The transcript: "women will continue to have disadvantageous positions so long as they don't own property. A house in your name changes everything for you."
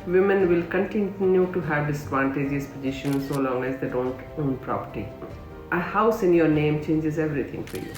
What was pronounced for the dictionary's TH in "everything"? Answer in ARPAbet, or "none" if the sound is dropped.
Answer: T